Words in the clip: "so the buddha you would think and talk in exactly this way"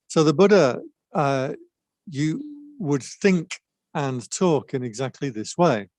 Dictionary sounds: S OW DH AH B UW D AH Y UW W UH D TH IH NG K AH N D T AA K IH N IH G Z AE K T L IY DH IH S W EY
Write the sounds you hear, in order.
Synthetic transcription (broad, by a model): S OW DH AH B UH D AH Y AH W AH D TH IH NG K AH N T AA K IH N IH G Z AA K T L IY DH IH S W EY